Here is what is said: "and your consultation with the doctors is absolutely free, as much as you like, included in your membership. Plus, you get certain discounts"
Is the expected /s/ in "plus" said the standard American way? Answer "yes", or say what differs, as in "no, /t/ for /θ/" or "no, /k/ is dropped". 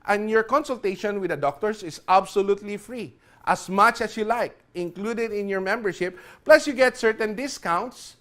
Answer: yes